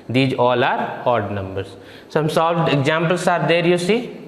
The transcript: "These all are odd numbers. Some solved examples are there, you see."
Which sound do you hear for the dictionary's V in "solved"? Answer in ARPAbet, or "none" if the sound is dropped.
none